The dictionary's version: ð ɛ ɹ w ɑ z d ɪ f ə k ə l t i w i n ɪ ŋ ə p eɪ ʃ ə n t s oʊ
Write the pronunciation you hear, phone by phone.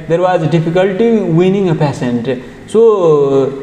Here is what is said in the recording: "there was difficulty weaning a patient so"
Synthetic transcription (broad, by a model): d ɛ ɹ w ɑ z d ɪ f ə k ə l t i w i n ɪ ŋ ə p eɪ s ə n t s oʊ